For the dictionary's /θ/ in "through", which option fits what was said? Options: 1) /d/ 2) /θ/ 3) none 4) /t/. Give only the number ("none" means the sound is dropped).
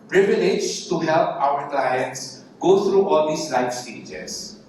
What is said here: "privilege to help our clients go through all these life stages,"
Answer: 4